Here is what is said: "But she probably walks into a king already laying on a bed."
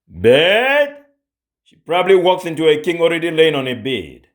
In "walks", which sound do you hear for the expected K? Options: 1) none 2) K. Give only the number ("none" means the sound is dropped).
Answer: 2